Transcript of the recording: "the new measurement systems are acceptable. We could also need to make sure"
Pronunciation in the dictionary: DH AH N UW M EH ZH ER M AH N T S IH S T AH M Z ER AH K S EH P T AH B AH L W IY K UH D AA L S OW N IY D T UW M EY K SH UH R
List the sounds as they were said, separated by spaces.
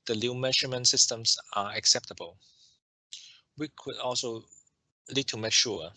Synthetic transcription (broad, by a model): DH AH L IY M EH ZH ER M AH N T S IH S T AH M S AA AH K S EH P T AH B AH L W IY K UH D AA L S OW L IY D T UW M EY K SH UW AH